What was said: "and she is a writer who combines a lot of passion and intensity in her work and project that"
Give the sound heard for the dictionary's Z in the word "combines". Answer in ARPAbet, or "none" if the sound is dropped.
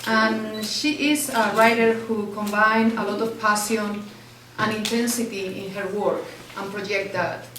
none